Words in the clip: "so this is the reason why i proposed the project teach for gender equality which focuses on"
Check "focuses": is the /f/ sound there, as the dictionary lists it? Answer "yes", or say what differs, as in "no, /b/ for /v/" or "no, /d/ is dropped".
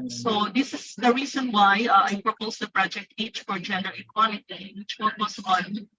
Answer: no, /p/ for /f/